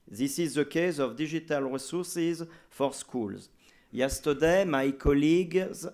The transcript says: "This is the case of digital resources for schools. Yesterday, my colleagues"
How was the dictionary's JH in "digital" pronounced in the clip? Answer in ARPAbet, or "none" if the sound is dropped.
ZH